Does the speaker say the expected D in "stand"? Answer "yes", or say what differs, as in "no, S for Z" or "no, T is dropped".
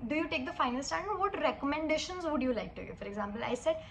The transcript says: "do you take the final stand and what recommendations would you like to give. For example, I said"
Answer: no, D is dropped